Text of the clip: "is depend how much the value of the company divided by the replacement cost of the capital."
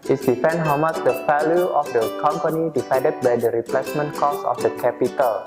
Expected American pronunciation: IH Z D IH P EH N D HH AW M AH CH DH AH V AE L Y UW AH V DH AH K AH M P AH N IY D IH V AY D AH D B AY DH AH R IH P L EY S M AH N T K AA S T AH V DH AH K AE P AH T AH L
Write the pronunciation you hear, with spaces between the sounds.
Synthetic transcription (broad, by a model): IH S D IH F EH N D HH AW M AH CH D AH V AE L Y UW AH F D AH K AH M P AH N IY D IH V AY D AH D B AY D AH R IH P L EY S M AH N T K AA S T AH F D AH K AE P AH T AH L